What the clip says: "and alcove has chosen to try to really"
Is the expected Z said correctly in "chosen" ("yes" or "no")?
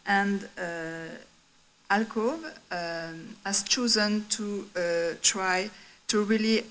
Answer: yes